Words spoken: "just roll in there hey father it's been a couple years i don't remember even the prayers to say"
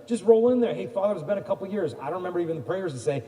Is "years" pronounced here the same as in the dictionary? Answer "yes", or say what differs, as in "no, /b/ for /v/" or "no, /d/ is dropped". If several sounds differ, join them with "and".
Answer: yes